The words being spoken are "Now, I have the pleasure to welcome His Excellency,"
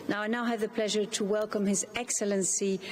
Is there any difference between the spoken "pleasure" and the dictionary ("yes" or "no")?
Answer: no